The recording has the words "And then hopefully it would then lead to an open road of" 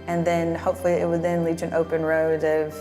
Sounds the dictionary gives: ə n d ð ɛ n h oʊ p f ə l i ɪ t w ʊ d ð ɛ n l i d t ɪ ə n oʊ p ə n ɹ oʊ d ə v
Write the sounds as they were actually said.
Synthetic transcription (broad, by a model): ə n ð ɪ n h oʊ p f l i ɪ t w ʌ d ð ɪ n l i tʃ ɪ n oʊ p ə n ɹ oʊ d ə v